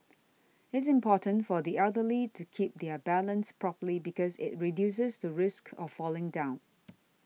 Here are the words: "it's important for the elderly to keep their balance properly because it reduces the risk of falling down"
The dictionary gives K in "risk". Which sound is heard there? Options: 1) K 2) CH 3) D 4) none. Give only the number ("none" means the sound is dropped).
1